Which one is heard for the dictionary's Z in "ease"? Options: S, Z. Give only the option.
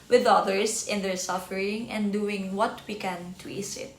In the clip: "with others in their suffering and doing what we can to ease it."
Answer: S